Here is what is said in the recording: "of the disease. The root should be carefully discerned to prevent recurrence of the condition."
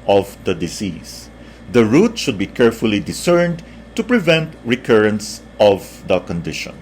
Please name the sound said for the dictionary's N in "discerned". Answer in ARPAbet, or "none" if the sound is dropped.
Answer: N